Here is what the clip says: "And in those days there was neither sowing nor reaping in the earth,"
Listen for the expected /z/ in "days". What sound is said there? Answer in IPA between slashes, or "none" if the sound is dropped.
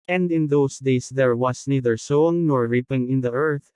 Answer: /s/